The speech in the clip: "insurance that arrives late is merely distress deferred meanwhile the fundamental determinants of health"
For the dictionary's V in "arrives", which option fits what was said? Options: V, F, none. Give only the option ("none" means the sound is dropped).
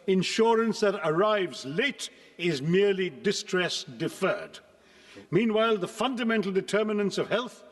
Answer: V